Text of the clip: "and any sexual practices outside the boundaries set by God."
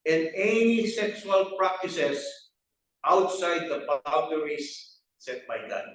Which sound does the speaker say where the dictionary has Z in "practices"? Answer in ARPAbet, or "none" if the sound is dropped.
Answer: S